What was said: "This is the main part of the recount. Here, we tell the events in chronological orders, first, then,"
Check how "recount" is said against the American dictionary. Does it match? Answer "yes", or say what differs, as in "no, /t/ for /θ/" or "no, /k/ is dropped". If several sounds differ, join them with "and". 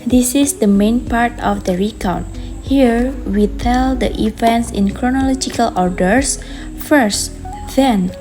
no, /n/ is dropped